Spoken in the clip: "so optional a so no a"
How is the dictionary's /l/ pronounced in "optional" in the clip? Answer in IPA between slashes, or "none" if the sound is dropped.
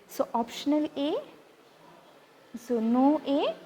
/l/